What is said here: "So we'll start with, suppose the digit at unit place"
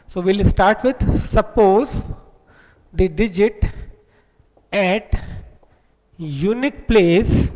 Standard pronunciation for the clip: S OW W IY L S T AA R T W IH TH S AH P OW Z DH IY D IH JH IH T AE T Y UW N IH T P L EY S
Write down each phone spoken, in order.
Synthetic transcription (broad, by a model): S OW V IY L S T AA R T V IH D S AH P OW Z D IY D IH JH IH T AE T Y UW N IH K P L EY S